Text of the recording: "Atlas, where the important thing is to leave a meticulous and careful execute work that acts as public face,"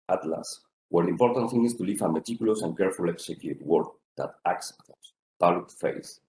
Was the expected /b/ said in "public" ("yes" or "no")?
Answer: no